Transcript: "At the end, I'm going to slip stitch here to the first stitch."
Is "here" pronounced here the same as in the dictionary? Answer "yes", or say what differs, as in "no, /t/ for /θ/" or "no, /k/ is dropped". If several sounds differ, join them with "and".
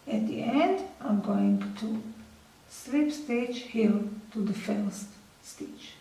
no, /l/ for /ɹ/